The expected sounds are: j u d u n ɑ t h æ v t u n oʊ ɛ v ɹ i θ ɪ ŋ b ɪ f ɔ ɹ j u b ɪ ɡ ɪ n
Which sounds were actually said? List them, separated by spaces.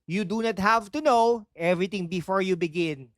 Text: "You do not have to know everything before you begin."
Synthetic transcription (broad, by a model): j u d u n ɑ t h æ v t u n oʊ ɛ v ɹ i t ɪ ŋ b ɪ f ɔ ɹ j u b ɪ ɡ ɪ n